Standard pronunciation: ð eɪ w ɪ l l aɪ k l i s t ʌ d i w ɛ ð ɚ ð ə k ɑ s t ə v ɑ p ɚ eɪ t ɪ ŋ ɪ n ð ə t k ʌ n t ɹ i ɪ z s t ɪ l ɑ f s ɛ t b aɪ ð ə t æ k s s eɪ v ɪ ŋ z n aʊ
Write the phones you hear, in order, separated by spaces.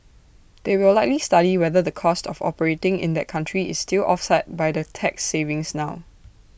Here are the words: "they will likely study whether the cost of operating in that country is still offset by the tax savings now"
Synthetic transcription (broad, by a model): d eɪ w ɪ l l aɪ k l i s t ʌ d i w ɛ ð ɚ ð ə k ɑ s t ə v ɑ p ɚ eɪ t ɪ ŋ ɪ n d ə t k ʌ n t ɹ i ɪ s t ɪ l ɑ f s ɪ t b aɪ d ə t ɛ k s s eɪ v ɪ ŋ s n aʊ